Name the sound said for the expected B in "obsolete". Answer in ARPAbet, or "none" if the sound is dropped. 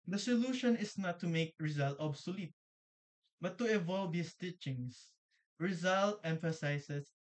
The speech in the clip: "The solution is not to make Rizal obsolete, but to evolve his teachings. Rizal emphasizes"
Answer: B